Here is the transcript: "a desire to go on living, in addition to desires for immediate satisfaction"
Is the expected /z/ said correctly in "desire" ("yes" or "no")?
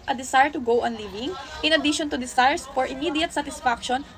no